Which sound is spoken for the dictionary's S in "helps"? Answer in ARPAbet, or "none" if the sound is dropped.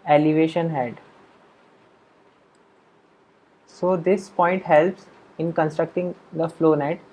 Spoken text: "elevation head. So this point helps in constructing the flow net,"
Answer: S